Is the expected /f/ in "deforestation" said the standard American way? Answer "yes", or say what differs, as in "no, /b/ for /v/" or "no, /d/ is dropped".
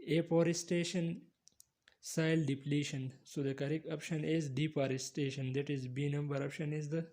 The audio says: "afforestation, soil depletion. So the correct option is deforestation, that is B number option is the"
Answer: no, /p/ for /f/